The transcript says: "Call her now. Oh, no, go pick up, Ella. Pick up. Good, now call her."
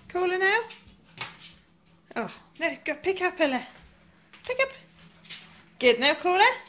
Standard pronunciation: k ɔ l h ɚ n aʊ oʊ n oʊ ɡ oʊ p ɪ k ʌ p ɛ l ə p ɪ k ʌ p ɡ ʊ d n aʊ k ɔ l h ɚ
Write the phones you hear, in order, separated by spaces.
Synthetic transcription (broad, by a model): k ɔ l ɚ n aʊ oʊ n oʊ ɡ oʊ p ɪ k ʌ p ɛ l ə p ɪ k ʌ p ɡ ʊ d n aʊ k ɔ l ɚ